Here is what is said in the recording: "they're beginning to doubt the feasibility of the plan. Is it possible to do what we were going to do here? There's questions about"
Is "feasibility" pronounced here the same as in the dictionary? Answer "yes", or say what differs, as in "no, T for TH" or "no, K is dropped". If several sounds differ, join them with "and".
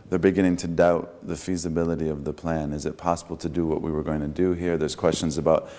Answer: yes